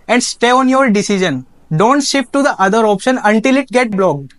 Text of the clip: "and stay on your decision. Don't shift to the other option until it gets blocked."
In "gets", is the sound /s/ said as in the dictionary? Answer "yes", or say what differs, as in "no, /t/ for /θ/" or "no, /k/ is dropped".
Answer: no, /s/ is dropped